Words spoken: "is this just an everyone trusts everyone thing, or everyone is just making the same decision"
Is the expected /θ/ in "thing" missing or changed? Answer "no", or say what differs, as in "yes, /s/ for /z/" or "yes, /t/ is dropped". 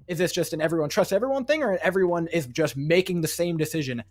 no